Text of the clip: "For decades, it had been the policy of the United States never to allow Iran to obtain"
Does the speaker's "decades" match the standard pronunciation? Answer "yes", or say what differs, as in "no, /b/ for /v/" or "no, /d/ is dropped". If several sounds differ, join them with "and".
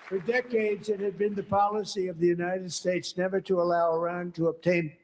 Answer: yes